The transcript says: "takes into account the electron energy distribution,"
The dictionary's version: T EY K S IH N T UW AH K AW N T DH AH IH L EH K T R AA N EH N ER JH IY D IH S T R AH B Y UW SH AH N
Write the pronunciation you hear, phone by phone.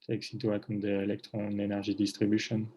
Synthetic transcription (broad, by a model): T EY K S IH T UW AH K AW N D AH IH L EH K T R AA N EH N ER ZH IY D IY S T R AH B Y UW SH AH N